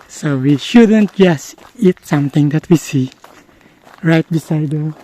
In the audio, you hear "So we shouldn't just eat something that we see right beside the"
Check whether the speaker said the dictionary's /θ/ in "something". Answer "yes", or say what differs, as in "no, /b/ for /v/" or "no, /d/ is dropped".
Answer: no, /t/ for /θ/